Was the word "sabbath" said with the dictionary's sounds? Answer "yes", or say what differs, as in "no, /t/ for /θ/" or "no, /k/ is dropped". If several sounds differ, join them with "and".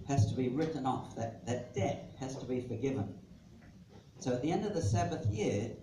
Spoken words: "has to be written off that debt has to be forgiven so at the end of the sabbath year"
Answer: yes